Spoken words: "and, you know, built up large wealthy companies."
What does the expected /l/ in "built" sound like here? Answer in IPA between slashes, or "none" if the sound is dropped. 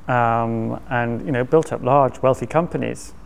/l/